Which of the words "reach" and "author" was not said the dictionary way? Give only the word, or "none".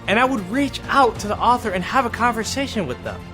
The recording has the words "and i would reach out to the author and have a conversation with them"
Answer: none